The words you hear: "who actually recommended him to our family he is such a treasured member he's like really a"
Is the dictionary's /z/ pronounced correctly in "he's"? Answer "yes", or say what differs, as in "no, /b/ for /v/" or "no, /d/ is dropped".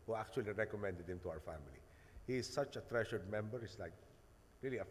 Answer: no, /s/ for /z/